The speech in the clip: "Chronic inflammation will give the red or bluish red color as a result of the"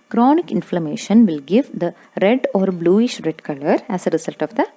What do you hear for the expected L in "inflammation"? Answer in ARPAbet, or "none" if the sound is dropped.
L